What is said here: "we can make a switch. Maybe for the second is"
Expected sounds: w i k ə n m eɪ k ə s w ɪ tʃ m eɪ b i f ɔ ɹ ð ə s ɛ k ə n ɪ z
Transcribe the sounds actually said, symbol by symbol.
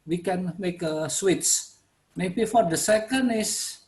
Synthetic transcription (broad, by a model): w i k ə n m eɪ k ə s w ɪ s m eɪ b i f ɔ ɹ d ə s ɛ k ə n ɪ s